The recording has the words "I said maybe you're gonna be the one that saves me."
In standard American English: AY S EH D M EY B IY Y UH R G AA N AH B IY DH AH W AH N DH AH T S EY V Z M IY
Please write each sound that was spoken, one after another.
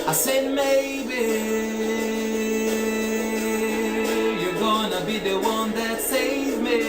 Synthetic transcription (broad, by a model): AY S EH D M EY B IY Y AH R G AA N AH B IY DH AH W AH N DH AH T S EY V M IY